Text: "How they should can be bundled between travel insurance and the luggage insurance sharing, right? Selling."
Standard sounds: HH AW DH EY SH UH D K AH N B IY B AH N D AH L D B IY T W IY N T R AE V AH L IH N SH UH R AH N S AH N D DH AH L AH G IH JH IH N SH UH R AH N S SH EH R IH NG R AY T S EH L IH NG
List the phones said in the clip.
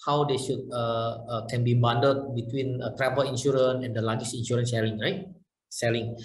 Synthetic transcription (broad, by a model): HH AW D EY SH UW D K AH N B IY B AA N D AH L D B IY T W IY N T R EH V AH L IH N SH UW R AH N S AH N D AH L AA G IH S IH N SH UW R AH N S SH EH L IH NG R AY T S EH L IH NG